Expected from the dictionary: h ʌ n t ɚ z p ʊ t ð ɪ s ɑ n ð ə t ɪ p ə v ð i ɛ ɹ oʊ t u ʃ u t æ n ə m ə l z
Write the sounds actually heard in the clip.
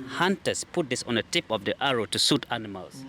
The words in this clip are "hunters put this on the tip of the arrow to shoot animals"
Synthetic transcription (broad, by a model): h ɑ n t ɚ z p ʊ t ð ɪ s ɑ n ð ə t ɪ p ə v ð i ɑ ɹ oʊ t u s u t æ n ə m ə l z